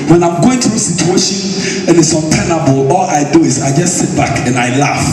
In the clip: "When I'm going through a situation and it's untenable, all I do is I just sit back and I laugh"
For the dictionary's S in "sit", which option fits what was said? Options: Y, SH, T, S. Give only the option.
S